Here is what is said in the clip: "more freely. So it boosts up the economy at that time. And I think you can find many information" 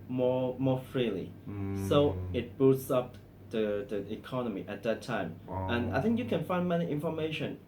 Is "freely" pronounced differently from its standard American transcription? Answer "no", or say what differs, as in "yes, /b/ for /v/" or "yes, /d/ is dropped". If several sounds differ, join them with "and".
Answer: no